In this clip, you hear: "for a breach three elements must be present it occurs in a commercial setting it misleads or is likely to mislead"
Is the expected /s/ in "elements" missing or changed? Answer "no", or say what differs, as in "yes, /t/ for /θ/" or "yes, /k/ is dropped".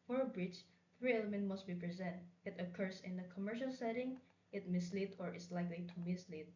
yes, /s/ is dropped